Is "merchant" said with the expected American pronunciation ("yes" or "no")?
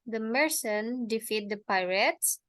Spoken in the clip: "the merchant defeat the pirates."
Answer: no